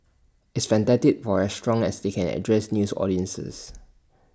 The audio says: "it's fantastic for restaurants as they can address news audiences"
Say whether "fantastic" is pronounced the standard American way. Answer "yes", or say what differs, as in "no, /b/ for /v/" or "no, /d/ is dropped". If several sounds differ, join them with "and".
no, /s/ is dropped